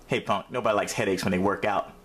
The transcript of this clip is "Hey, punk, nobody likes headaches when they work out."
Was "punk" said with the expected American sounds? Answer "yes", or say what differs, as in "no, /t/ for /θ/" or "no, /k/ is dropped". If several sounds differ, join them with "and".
no, /f/ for /p/